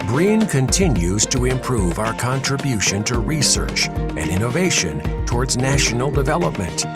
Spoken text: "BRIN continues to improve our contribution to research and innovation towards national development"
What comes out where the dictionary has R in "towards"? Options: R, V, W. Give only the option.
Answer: R